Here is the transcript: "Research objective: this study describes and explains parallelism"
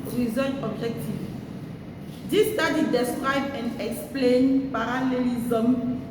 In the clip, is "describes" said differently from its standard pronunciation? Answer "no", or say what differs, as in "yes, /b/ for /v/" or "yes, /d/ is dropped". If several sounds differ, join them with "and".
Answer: yes, /z/ is dropped